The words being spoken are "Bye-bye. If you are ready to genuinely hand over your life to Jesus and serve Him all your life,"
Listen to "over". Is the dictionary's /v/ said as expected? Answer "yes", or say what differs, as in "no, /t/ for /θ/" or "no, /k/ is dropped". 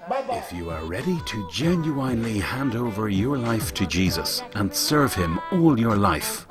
yes